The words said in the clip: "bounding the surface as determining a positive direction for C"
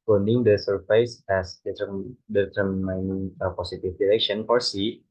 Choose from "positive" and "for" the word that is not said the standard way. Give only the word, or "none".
positive